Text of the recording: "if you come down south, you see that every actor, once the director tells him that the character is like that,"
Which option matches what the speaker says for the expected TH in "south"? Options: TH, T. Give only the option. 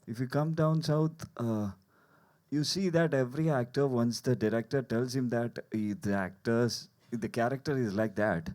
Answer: T